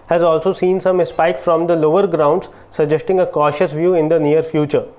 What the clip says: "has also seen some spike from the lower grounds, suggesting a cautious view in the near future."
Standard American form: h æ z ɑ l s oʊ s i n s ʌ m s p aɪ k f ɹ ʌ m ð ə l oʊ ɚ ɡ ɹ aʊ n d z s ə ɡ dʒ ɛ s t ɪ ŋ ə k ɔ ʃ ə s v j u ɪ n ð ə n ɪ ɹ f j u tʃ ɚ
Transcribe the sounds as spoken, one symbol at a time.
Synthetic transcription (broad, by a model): h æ z ɑ l s oʊ s i n s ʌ m s p aɪ k f ɹ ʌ m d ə l oʊ ɚ ɡ ɹ aʊ n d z s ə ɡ dʒ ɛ s t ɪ ŋ ə k ɔ ʃ ə s v j u ɪ n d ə n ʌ ɹ f j u tʃ ɚ